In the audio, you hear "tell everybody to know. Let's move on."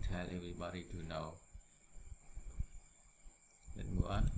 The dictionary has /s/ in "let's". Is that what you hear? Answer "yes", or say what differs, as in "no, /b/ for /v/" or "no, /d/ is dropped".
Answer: no, /s/ is dropped